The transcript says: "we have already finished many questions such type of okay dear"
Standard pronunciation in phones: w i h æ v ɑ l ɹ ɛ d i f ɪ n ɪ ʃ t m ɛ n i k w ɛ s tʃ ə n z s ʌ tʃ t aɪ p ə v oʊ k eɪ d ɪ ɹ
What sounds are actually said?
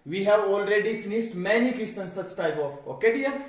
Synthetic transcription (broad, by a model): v i h æ v ɑ l ɹ ɛ d i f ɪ n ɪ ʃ t m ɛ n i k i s ə n s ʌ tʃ t aɪ p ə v oʊ k eɪ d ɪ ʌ